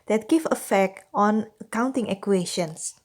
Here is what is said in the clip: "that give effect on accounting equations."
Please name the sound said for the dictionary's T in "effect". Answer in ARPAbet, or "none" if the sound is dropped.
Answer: T